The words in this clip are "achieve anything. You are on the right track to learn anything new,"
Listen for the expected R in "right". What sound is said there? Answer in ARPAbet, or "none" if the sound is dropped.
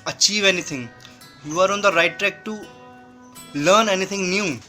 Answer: R